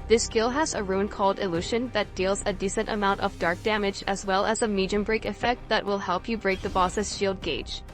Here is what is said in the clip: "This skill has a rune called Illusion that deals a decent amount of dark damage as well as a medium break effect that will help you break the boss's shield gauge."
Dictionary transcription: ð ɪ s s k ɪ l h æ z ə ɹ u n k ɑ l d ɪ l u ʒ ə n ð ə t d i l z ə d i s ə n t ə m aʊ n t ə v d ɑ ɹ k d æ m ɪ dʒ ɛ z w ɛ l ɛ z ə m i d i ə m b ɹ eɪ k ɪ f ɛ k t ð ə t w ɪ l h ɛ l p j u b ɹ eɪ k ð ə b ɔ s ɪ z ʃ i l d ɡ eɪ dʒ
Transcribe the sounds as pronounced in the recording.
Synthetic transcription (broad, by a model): ð ɪ s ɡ ɪ l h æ z ə ɹ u n k ɑ l d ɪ l u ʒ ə n ð ə t d i l z ə d i s ə n t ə m aʊ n t ə v d ɑ ɹ k d æ m ɪ dʒ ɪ z w ɛ l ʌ z ə m i d i ə m b ɹ eɪ k ɪ f ɛ k t ð ə t w ɪ l h ɛ l p j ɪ b ɹ eɪ k ð ə b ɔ s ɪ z ʃ i l d ɡ eɪ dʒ